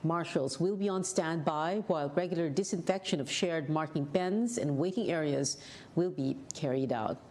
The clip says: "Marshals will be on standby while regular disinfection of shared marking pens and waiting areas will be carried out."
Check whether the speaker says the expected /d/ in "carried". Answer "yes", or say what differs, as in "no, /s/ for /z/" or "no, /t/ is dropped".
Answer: yes